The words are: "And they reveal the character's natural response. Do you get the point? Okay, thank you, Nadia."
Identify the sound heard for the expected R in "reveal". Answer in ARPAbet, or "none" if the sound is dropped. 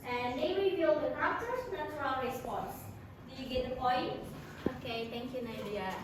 W